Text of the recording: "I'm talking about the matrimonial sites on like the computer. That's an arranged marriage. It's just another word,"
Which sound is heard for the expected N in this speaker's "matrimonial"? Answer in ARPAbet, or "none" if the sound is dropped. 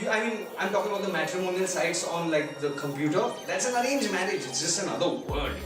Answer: N